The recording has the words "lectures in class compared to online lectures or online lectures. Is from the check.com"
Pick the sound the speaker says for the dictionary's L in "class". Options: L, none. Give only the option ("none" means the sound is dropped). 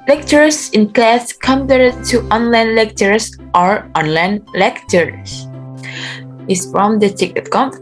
L